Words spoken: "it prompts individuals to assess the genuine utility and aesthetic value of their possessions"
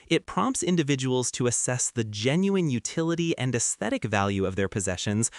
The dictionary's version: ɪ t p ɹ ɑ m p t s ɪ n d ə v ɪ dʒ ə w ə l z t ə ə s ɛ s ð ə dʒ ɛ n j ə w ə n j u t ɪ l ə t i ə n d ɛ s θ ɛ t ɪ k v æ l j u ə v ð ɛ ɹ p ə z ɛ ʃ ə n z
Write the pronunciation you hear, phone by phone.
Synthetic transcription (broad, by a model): ɪ t p ɹ ɑ m p t s ɪ n d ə v ɪ dʒ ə w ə l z t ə ə s ɛ s ð ə dʒ ɛ n j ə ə n j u t ɪ l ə t i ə n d ɛ s θ ɛ t ɪ k v æ l j u ə v ð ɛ ɹ p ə z ɛ ʃ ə n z